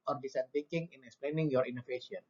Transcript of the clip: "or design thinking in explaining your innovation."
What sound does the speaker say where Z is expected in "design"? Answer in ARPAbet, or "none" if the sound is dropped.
S